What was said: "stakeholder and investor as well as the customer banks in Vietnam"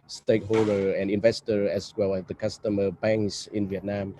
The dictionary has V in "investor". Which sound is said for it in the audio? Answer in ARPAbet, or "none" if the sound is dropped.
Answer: V